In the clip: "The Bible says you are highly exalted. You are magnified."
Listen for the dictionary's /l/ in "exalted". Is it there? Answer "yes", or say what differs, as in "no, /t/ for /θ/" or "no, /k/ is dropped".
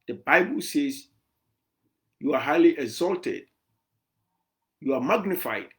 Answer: yes